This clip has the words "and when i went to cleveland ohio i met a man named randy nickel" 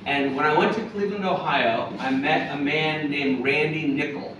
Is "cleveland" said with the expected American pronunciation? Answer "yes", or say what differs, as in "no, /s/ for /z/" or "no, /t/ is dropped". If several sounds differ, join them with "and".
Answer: no, /l/ is dropped and /d/ is dropped